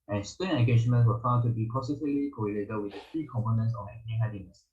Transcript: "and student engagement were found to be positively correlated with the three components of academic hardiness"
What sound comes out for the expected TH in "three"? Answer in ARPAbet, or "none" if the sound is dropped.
F